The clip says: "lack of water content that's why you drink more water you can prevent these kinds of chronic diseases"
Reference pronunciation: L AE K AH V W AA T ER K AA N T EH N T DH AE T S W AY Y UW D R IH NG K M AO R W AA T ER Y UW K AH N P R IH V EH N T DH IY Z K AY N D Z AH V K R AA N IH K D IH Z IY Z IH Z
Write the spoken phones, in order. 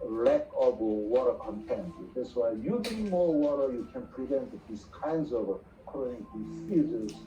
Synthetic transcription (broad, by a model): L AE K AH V W AA T ER K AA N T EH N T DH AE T S W AY Y UW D IH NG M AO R W AA T ER Y UW K AH N P R IH V EH N T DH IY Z K AY N D Z AH V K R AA IH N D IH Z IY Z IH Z